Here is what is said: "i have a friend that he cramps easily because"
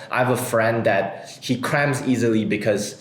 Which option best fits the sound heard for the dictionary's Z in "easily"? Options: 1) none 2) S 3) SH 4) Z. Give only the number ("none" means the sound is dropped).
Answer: 4